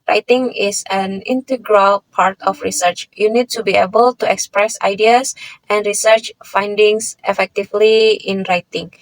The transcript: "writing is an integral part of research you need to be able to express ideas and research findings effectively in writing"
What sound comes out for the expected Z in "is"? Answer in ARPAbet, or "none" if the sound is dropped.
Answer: S